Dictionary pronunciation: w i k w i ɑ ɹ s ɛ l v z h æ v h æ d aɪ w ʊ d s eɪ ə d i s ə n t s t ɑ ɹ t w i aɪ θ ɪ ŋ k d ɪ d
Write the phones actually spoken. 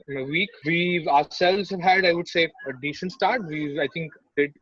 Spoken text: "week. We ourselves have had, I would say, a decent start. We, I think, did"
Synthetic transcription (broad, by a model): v i k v i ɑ s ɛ l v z h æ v h æ d aɪ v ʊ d s eɪ ə d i ʃ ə n s t ɑ ɹ t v i aɪ t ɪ ŋ k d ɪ d